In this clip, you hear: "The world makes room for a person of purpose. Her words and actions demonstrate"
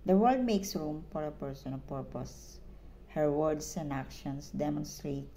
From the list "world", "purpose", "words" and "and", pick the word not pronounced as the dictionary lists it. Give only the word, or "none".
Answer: words